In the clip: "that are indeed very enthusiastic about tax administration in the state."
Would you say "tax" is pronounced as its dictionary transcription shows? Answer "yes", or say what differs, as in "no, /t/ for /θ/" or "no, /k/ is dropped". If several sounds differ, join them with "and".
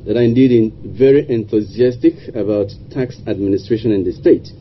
yes